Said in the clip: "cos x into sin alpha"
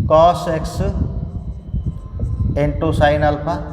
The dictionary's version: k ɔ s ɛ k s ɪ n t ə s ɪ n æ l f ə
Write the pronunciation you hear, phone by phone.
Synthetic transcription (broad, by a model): k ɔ s ɛ k s ɪ n t ə s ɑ n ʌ l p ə